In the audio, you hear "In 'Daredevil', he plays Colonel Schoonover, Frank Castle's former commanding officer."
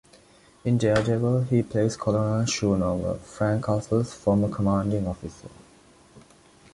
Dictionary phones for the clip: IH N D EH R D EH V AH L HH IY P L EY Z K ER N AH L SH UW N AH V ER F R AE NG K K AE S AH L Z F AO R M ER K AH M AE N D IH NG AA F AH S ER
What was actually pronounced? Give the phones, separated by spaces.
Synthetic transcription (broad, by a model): IH N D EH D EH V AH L HH IY P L EY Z K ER L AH N SH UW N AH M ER F R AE NG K K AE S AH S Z F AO M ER K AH M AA N D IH NG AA F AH S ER